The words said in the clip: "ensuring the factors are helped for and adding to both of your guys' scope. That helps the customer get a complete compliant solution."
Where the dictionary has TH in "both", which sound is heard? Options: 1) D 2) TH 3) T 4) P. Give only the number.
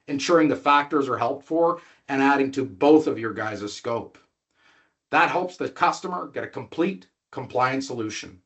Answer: 2